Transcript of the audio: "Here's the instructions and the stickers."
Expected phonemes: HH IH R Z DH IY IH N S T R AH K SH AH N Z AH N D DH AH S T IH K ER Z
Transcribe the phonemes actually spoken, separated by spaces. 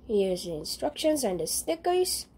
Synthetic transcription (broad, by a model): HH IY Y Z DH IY IH N S T R AH K SH AH N Z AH N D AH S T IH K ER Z